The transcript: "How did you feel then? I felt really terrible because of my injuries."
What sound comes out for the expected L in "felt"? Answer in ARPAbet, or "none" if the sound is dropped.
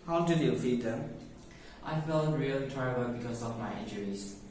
L